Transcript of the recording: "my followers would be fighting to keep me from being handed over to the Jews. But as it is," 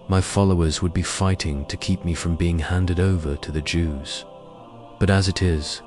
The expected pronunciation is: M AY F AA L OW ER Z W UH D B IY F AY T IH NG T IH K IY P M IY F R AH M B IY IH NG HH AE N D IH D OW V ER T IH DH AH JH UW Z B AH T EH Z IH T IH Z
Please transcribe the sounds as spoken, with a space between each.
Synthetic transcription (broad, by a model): M AY F AA L OW ER Z W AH D B IY F AY T IH NG T IH K IY P M IY F R AH M B IY IH NG HH AE N D IH D OW V ER T IH DH AH JH UW Z B AH T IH Z IH T IH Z